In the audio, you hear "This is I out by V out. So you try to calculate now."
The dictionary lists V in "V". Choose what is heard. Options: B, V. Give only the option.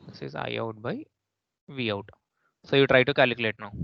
V